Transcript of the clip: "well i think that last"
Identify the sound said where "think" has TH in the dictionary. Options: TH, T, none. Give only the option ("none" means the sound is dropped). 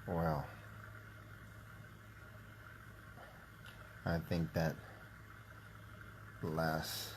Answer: TH